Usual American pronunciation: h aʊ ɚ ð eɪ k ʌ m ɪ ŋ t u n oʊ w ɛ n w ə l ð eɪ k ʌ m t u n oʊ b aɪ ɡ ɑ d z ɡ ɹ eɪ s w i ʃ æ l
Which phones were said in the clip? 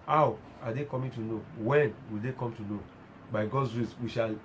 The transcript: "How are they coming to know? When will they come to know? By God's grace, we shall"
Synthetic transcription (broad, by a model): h aʊ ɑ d eɪ k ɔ m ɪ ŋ t u n oʊ w ɛ n w ə l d eɪ k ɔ m t u n oʊ b aɪ ɡ ɑ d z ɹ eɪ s w i ʃ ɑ l